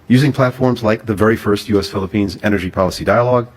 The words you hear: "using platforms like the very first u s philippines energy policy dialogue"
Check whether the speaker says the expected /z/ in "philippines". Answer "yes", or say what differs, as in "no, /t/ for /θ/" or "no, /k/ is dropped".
yes